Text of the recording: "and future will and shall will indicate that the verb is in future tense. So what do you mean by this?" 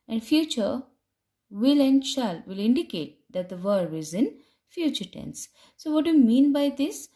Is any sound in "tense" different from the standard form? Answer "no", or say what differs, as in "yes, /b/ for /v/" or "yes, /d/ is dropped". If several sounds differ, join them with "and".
no